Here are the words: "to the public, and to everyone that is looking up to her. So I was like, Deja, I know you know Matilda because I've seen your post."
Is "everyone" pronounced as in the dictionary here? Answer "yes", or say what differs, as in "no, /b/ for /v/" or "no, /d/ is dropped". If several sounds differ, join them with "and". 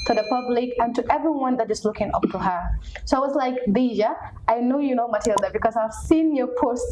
yes